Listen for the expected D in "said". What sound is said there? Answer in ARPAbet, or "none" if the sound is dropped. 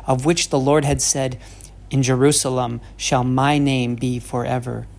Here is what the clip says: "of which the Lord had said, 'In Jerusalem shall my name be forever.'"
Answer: D